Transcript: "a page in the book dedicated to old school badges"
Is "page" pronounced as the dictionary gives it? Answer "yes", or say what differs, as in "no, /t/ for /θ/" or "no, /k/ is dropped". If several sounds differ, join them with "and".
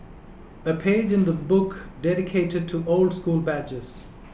yes